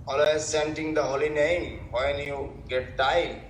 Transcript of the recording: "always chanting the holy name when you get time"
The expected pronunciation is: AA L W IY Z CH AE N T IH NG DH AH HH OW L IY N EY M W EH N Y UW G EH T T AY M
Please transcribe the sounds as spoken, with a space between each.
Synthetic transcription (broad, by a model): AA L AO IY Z S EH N T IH NG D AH HH OW L IY N EY M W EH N Y UW G EH T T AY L